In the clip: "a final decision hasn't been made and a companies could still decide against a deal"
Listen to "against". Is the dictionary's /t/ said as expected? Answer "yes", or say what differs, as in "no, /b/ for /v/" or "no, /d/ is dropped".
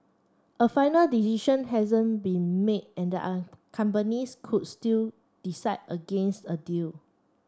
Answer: yes